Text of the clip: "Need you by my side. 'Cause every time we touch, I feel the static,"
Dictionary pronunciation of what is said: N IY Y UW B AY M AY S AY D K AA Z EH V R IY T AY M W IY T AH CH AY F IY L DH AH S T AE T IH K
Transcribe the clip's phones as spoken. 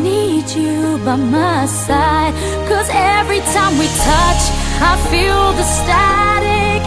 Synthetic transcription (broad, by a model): N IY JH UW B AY M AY S AY D K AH Z EH V R IY T AY M W IY T AH CH AY F IY L DH AH S T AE T IH K